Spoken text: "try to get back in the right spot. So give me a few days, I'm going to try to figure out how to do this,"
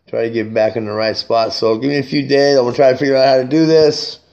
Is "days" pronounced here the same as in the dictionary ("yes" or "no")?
no